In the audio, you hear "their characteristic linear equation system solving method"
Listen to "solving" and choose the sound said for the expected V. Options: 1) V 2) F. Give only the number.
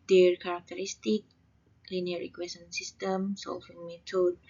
2